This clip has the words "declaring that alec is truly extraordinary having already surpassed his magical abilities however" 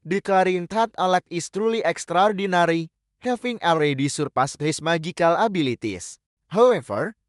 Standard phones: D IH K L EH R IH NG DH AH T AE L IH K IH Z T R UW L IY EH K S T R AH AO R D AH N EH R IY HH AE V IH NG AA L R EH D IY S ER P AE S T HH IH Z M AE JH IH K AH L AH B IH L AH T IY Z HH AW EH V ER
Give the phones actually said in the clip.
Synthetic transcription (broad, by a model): D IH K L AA R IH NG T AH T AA L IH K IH S T R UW L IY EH K S T R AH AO R D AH N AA R IY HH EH F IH NG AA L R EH D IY S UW P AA S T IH S M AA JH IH K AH L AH B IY L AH T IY S HH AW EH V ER